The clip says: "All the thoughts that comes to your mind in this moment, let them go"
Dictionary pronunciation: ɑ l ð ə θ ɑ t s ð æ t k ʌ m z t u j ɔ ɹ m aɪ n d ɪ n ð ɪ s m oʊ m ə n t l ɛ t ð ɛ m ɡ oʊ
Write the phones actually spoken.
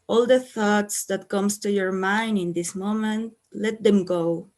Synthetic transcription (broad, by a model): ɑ l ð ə θ ɑ t s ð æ t k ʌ m s t u j ɔ ɹ m aɪ n d ɪ n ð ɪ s m oʊ m ə n t l ɛ t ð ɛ m ɡ oʊ